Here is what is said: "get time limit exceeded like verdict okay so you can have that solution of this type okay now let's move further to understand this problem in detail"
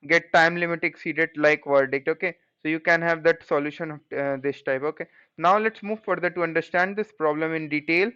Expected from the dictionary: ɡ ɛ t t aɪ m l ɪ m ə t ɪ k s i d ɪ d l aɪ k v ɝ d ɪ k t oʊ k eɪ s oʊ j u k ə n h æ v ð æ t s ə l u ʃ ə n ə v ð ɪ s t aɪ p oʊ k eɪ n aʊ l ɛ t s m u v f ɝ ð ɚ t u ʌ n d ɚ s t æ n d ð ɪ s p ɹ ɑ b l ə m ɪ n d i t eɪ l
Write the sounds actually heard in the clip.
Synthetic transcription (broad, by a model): ɡ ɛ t t aɪ m l ɪ m ə t ɪ k s i d ɪ d l aɪ k v ɝ d ɪ k t oʊ k eɪ s oʊ j u k ə n h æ v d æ t s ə l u ʃ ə n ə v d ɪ s t aɪ p oʊ k eɪ n aʊ l ɛ t s m u v f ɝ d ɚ t u ʌ n d ɚ s t æ n d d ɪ s p ɹ ɑ b l ə m ɪ n d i t eɪ l